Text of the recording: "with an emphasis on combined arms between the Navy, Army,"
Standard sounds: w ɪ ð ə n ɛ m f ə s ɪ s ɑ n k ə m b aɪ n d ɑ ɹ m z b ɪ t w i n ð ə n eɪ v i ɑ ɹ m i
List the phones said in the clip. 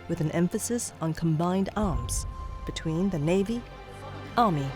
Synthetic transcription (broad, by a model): w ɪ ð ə n ɛ m f ə s ɪ s n k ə m b aɪ n d ɑ ɹ m z b ɪ t w i n ð ə n eɪ v i ɑ ɹ m i